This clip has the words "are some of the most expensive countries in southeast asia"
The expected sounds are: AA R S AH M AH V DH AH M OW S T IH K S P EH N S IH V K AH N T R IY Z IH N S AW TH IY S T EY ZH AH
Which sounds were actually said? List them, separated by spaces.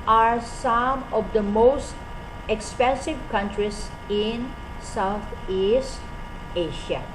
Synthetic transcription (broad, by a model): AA R S AH M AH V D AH M OW S T IH K S P EH N S IH V K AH N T R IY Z IH N S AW T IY S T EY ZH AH